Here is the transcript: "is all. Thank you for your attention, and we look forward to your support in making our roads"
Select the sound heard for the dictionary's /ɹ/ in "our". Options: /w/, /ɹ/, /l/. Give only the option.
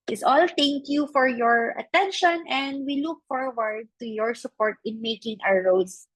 /w/